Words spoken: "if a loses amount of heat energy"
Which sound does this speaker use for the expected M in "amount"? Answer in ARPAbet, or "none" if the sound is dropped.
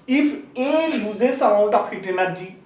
none